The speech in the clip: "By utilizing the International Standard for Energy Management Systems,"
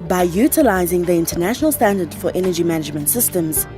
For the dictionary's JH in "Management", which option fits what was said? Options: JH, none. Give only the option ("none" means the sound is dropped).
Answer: JH